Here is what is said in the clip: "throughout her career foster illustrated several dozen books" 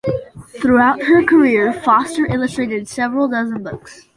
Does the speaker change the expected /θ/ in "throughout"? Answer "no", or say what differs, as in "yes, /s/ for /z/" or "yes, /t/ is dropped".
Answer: no